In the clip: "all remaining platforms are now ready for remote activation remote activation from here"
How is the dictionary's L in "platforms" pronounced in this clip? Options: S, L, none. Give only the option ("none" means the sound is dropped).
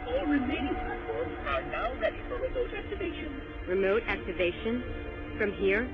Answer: none